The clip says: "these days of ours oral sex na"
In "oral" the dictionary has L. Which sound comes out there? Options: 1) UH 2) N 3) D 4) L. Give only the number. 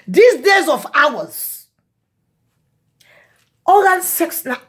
2